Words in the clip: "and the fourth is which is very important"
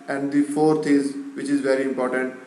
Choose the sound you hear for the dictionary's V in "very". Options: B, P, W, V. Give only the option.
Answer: V